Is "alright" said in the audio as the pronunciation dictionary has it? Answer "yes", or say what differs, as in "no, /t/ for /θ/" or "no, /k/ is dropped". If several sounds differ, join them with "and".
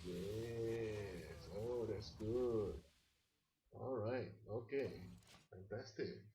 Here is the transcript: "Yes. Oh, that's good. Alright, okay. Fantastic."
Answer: yes